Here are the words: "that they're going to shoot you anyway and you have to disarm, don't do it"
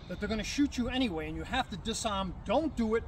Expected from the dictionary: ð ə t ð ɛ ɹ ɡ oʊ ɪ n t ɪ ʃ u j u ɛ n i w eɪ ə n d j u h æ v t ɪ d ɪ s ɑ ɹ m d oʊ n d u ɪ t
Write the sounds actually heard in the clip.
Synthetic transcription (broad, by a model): ð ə t ð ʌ ɹ ɡ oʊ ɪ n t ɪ ʃ u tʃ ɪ ɛ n i w eɪ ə n j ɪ h æ f t ɪ d ɪ s ɑ ɹ m d oʊ n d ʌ ɪ t